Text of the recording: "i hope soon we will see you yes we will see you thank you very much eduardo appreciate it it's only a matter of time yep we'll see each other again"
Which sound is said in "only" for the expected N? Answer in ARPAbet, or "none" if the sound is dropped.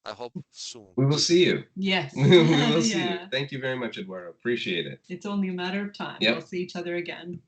N